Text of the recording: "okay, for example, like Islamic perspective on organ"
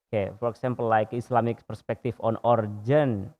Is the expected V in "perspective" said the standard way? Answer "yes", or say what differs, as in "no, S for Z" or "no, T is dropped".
no, F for V